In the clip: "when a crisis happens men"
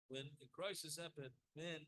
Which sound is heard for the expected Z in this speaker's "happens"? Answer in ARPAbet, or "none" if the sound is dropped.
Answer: none